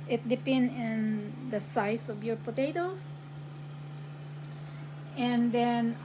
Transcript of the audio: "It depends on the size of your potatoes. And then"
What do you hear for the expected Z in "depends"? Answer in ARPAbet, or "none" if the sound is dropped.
none